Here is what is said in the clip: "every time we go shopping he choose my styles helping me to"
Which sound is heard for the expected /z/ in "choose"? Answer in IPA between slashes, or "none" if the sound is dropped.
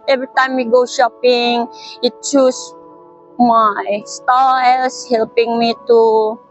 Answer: /s/